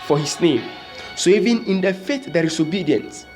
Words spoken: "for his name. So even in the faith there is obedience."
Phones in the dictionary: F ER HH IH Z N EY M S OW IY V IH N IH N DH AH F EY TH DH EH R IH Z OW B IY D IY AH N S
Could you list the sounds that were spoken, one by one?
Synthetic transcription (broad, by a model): F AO HH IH S N EY M S OW IY V IH N IH N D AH F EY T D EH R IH S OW B IY D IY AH N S